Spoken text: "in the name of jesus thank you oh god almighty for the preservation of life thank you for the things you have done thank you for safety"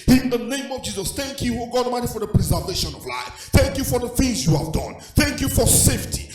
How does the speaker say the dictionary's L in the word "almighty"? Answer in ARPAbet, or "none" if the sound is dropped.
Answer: none